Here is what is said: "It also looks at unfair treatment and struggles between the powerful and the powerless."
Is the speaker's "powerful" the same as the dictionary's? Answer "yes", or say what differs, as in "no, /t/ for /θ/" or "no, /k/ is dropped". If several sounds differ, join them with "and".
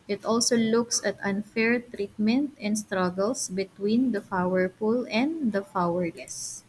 no, /f/ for /p/ and /p/ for /f/